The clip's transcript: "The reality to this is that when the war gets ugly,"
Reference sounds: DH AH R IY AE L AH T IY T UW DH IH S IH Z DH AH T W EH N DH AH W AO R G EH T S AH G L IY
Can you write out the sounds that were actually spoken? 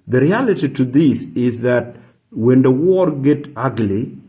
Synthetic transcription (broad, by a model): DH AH R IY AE L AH T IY T UW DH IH S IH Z DH AH T W EH N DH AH W AO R G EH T AH G L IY